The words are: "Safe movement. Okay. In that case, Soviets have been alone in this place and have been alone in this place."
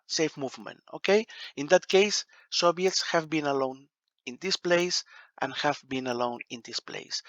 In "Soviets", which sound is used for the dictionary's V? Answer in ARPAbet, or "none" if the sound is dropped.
B